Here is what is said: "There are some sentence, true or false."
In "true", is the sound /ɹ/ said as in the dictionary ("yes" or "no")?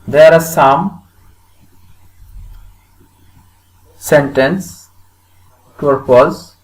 no